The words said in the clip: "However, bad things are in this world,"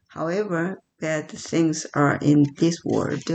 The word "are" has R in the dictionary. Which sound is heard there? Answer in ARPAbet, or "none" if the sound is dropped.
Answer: R